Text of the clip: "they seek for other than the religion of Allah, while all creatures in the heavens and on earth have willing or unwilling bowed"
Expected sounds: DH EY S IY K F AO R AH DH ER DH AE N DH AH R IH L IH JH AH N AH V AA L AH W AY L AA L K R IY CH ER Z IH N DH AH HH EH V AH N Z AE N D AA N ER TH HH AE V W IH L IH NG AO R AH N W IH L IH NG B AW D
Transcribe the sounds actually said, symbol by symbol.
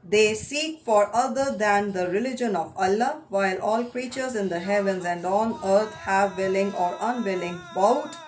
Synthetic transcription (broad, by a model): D EY S IY K F AO R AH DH ER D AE N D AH R IH L IH JH AH N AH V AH L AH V AY L AA L K R IY CH ER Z IH N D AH HH EH V AH N Z AE N D AA N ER T HH AE V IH L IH NG AO R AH N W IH L IH NG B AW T